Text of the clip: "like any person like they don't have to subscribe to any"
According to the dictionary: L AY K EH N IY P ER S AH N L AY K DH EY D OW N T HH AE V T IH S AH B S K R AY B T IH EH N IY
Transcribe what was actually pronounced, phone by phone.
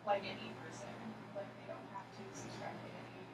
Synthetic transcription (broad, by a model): L AY K EH N IY P ER S AH N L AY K DH EY D OW N T HH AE F T IH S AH S R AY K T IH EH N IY